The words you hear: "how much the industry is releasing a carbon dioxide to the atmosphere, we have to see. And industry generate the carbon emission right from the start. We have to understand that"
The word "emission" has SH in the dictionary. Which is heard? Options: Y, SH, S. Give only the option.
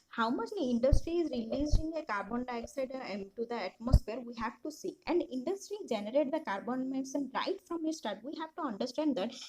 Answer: S